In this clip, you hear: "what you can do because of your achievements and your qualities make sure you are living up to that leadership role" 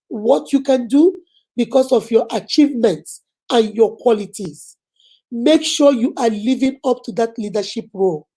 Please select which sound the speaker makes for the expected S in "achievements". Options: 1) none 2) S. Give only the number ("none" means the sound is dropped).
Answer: 2